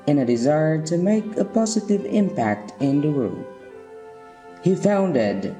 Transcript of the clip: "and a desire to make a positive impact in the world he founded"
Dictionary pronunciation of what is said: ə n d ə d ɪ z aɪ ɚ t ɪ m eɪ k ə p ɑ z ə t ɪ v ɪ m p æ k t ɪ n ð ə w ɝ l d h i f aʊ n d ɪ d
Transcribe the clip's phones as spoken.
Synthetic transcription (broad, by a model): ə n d ə d ɪ z aɪ ɚ t ɪ m eɪ k ə p ɑ z ə t ɪ v ɪ m p æ k t ɪ n ð ə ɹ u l h i f aʊ n d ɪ d